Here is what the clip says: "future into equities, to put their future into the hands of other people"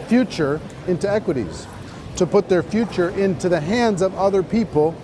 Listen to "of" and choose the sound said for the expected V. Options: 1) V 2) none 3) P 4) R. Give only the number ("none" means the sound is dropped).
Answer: 1